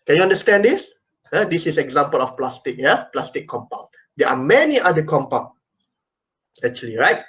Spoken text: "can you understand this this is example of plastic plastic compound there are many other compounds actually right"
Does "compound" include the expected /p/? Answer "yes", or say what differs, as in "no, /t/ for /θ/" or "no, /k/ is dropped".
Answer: yes